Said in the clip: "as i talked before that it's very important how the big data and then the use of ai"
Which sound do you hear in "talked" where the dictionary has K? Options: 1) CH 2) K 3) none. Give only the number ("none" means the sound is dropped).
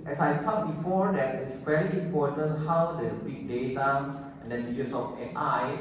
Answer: 3